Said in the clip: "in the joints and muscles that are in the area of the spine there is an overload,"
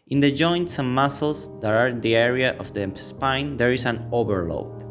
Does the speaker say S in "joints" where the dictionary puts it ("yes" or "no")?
yes